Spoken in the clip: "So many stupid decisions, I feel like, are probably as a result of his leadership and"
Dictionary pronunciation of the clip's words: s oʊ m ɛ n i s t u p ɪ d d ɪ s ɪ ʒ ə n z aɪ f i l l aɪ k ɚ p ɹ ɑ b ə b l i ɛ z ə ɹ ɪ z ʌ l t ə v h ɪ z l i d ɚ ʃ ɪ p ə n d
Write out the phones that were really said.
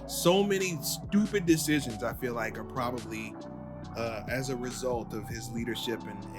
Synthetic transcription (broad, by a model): s oʊ m ɛ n i s t u p ɪ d d ɪ s ɪ ʒ ə n z aɪ f i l l aɪ k ɚ p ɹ ɑ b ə b l i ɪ z ə ɹ ɪ z ʌ l t ə v ɪ z l i d ɚ ʃ ɪ p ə n